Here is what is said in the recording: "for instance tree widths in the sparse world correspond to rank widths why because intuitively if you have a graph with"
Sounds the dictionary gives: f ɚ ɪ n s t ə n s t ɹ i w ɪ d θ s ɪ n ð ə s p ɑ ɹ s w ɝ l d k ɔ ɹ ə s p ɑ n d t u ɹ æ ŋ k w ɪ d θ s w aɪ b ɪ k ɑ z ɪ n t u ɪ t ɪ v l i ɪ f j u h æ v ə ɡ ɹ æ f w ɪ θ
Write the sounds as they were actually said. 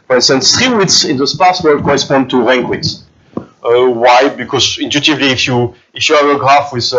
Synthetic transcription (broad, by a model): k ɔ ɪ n s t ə n s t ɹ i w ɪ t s ɪ n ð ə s p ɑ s w ɝ l d k ɔ ɹ ə s p ɑ n d t u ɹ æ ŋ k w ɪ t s w aɪ b ɪ k ɑ z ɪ n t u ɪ t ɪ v l i ɪ f j u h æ v ə ɡ ɹ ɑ f w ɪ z